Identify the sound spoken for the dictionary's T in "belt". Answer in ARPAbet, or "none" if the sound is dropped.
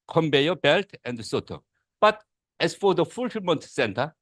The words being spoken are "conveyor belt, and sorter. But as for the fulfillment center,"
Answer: T